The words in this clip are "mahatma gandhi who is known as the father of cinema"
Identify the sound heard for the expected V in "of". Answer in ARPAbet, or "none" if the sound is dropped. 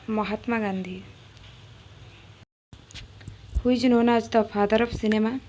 P